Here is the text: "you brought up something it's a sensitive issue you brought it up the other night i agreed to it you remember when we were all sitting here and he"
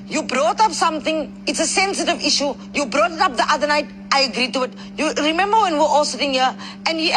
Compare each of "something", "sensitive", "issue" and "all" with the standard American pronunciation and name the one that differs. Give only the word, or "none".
something